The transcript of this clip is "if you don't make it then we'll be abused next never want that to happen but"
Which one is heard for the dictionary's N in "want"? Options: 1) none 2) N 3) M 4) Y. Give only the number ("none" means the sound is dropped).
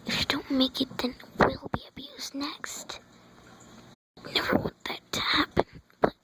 1